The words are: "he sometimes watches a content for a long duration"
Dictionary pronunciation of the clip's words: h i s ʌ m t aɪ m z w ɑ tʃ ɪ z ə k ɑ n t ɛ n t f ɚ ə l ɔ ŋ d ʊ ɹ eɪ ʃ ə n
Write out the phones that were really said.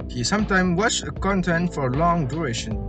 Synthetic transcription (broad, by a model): h i s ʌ m t aɪ m w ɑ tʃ ə k ɑ n t ɛ n t f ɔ ə l ɔ ŋ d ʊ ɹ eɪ ʃ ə n